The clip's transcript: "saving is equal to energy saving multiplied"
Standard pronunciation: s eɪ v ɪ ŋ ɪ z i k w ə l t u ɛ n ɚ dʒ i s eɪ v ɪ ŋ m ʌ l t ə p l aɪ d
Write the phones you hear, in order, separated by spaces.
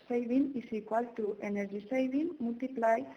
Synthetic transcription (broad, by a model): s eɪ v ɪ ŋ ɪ s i k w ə l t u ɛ n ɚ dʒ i s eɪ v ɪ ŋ m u l t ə p l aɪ